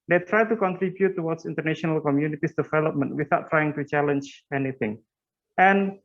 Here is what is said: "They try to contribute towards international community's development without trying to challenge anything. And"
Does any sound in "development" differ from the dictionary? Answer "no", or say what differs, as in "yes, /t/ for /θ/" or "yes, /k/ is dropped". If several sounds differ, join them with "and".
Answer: no